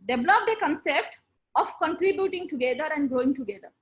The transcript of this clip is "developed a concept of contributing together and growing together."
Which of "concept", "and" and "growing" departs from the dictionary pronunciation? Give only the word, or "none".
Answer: none